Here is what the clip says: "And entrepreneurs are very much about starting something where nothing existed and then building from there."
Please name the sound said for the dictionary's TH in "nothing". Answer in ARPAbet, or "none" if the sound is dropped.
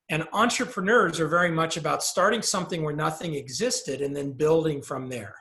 TH